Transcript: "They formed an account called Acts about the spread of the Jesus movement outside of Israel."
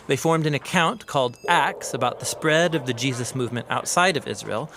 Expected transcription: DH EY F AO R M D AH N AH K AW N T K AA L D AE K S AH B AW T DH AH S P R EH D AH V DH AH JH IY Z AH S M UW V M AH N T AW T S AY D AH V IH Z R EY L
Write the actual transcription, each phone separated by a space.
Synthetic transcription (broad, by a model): DH EY F AO R M D AH N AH K AW N K AA L D AE K S AH B AW T DH AH S P R EH D AH V DH AH JH IY Z AH S M UW V M AH N T AW T S AY D AH V IH Z R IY L